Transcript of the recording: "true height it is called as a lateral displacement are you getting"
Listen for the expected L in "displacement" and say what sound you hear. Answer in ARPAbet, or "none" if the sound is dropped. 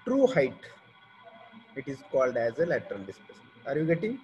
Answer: none